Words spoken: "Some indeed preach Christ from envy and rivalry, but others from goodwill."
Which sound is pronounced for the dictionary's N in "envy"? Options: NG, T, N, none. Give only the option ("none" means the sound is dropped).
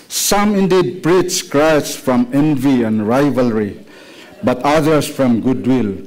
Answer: N